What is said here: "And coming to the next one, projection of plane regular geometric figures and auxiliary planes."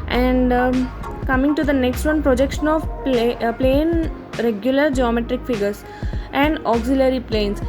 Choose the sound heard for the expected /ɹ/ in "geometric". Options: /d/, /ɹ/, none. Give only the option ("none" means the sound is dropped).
/ɹ/